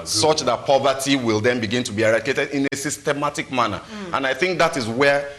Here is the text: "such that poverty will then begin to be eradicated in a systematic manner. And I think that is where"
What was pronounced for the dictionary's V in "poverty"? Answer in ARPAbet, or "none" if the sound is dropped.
V